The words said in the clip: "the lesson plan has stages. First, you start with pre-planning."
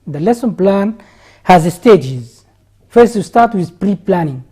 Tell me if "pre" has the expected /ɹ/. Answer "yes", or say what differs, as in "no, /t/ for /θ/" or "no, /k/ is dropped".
yes